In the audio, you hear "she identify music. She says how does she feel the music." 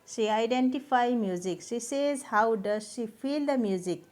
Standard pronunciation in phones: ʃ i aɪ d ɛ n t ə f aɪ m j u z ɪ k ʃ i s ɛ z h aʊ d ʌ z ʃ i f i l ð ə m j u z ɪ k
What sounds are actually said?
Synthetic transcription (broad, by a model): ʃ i aɪ d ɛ n t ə p aɪ m j u z ɪ k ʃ i s ɛ z h aʊ d ʌ z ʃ i p i l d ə m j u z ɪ k